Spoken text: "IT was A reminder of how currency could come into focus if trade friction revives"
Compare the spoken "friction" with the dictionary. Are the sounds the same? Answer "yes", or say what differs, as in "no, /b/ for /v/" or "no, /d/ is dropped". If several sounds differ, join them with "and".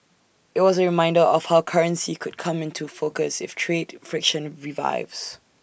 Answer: yes